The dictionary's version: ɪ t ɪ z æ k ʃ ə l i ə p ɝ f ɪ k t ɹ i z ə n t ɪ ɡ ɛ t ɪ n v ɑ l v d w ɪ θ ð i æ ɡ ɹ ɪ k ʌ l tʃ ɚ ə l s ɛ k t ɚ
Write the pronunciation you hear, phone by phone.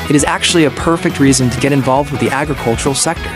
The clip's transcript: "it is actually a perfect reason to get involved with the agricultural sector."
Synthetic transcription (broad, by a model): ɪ t ɪ z æ k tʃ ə l i ə p ɝ f ɪ k t ɹ i z ə n t ɪ ɡ ɛ t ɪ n v ɑ l v d w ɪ ð i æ ɡ ɹ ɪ k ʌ l tʃ ɚ l s ɛ k t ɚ